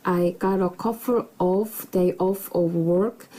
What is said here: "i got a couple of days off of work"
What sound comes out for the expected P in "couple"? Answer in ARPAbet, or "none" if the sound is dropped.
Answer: F